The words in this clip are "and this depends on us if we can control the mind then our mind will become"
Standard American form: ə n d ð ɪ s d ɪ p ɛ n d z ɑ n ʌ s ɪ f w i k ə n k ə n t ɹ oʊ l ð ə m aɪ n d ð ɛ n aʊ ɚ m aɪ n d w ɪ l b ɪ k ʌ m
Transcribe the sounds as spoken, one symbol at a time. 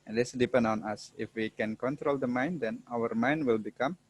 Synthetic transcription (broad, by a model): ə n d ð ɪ s d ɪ p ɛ n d ɑ n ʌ s ɪ f w i k ə n k ə n t ɹ oʊ l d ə m aɪ n d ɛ n aʊ ɚ m aɪ n d w ɪ l b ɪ k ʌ m